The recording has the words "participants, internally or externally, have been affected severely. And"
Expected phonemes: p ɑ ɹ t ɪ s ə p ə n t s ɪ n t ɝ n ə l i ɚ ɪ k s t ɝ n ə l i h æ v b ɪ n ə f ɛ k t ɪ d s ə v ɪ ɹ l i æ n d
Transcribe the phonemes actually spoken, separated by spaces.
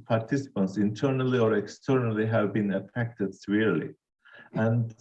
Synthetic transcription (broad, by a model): p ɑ ɹ t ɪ s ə p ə n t s ɪ n t ɝ n ə l i ɚ ɪ k s t ɝ n ə l i h æ v b ɪ n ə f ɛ k t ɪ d s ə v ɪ ɹ l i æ n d